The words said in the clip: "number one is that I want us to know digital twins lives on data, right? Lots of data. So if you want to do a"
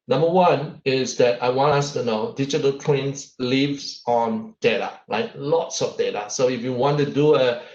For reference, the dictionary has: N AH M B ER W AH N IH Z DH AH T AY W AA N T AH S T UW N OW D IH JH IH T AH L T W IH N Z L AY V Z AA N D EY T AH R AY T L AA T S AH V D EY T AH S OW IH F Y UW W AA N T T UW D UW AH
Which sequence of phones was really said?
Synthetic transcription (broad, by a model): N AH M B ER W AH N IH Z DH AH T AY W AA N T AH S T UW N OW D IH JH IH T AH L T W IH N S L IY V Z AA N D EY T AH L AY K L AA T S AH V D EY T AH S OW IH F Y UW W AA N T T UW D UW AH